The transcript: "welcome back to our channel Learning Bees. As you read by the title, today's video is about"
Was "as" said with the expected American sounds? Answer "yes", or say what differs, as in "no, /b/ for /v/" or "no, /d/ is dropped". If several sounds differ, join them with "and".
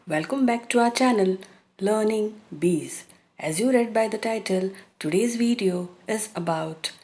yes